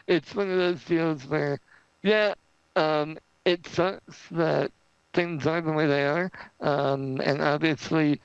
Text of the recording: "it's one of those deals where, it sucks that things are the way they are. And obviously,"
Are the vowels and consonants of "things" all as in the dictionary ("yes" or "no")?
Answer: yes